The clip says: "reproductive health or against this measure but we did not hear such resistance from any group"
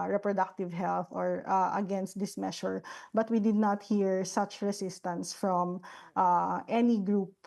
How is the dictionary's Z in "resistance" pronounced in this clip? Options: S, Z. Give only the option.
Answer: S